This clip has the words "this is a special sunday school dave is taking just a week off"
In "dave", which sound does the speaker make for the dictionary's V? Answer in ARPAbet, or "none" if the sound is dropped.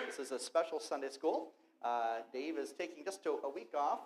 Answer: V